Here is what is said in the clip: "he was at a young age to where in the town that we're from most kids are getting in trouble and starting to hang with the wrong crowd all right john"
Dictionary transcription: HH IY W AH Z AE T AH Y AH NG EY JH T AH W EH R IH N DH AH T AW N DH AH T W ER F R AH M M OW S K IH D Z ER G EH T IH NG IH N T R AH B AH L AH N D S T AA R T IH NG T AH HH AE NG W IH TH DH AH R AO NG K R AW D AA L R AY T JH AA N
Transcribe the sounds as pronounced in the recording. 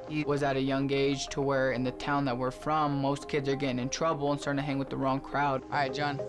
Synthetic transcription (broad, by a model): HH IY W AH Z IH T AH Y AH NG EY JH T AH W EH R IH N DH AH T AW N DH AH T W ER F R AH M M OW S K IH D Z ER G EH T IH NG IH N T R AH B L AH N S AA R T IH HH AE NG W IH DH AH R AO NG K R AW D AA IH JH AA N